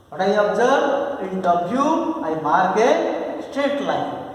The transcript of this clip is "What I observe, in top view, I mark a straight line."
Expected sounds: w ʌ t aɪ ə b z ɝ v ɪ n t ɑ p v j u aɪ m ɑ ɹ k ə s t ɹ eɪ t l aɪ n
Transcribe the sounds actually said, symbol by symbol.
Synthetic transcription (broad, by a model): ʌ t aɪ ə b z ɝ b ɪ n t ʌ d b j u aɪ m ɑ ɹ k ə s t eɪ t l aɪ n